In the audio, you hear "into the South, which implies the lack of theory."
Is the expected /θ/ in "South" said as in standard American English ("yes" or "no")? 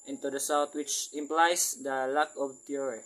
no